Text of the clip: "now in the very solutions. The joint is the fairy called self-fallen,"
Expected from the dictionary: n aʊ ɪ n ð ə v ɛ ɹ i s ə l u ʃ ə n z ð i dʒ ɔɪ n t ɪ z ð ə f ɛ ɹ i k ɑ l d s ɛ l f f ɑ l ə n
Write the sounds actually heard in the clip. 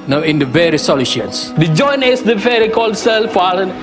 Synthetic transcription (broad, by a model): n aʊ ɪ n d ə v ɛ ɹ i s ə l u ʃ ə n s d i dʒ ɔɪ n ɪ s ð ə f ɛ ɹ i k ɑ l d s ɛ l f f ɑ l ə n